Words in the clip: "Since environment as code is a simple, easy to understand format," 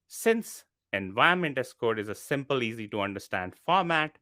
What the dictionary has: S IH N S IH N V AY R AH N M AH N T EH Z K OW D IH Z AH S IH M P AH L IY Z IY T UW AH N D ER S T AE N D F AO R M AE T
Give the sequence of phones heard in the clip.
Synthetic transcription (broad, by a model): S IH N S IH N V AY AH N M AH N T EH S K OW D IH Z AH S IH M P AH L IY Z IY T UW AH N D ER S T AE N D F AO R M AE T